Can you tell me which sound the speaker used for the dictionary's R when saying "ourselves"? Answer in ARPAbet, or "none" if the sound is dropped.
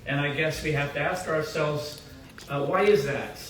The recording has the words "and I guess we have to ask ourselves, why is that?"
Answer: R